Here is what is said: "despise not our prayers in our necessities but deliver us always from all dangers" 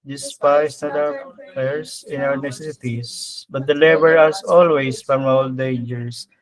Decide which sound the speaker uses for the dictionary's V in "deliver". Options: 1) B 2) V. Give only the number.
1